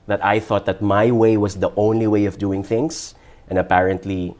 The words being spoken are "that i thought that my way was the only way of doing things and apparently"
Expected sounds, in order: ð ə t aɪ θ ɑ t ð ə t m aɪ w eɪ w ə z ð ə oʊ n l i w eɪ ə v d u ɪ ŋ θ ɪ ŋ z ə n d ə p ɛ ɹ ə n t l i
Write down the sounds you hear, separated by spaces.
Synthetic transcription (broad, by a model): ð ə t aɪ θ ɑ t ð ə t m aɪ w eɪ w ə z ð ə oʊ n l i w eɪ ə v d u ɪ ŋ θ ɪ ŋ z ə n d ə p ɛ ɹ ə n t l i